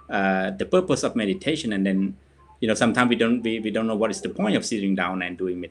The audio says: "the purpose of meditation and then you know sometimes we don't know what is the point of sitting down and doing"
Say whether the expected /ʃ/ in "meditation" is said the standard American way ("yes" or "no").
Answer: yes